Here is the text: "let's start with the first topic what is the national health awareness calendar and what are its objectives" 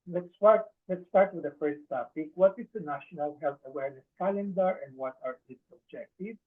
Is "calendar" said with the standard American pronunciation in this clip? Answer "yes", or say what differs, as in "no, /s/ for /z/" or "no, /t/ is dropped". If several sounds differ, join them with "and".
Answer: yes